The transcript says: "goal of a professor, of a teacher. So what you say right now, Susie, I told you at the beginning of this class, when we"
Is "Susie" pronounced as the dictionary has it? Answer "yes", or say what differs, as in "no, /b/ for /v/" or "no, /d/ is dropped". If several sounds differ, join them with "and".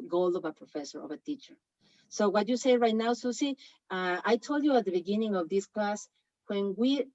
no, /s/ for /z/